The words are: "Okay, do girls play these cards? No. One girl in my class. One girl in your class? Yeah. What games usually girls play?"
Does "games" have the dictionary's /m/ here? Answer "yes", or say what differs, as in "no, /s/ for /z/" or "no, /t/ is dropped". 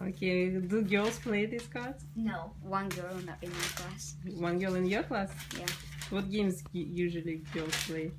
yes